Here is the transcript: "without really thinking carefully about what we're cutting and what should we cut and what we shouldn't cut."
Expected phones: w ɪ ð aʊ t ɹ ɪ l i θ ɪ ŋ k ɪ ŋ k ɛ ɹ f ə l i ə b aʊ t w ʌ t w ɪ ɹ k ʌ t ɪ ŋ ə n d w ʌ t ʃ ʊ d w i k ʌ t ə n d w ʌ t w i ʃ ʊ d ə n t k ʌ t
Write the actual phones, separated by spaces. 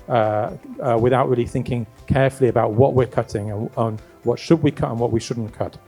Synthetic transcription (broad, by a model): w ɪ ð aʊ t ɹ ɪ l i θ ɪ ŋ k ɪ ŋ k ɛ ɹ f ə l i ə b aʊ t w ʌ t w ɪ ɹ k ʌ t ɪ ŋ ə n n w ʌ t ʃ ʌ d w i k ʌ t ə n w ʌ t w i ʃ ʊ d n k ʌ t